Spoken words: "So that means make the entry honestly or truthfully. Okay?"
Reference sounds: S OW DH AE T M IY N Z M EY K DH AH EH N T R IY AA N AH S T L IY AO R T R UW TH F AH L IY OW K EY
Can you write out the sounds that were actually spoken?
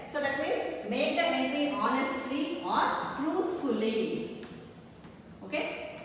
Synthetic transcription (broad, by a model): S OW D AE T M IY N Z M EY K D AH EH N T IY AA N AH S T L IY AO R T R UW T F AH L IY OW K EY